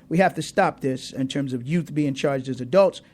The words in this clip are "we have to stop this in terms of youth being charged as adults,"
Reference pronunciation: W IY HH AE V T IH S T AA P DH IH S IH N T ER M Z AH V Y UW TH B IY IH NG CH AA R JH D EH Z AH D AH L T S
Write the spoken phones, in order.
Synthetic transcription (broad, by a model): W IY HH AE F T IH S T AA P DH IH S IH N T ER M Z AH V Y UW TH B IY IH NG CH AA R JH D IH Z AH D AH L T S